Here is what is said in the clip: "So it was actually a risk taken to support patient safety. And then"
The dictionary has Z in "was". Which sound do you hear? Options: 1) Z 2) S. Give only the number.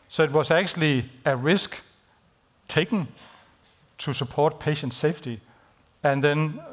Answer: 2